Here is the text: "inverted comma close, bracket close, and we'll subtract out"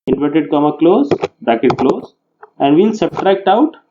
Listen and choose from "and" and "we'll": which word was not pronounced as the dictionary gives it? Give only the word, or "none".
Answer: we'll